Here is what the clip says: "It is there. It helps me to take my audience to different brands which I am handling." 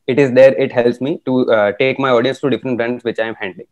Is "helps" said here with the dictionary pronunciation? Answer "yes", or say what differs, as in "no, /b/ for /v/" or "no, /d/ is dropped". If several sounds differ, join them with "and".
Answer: yes